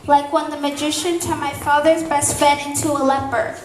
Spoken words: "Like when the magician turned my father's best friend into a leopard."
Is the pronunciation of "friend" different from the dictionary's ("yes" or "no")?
yes